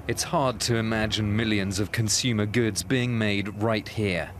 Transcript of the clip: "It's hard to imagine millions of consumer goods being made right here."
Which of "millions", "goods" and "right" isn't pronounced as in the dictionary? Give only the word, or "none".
none